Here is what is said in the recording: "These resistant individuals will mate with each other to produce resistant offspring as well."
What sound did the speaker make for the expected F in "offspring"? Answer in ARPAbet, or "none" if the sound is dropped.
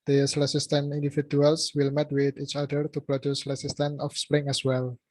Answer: F